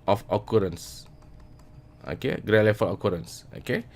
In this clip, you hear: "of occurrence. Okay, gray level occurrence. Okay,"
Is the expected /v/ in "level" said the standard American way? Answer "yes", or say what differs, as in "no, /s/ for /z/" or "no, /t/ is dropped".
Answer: no, /f/ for /v/